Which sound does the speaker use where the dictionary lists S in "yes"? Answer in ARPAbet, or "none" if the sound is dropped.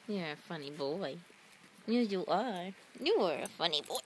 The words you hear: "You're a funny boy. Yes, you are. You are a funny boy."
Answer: none